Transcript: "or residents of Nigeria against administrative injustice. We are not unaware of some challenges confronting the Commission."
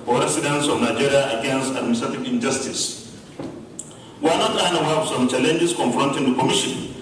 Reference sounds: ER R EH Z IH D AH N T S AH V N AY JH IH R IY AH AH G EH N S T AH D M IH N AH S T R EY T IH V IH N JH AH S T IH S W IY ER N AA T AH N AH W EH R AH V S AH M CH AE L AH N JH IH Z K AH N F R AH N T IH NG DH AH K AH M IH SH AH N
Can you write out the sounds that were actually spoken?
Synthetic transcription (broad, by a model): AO R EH S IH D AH N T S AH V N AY JH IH R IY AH AH G EH N S T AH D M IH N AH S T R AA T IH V IH N JH AH S T IH S W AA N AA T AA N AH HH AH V S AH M CH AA L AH N JH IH S K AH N F R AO N T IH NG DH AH K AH M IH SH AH N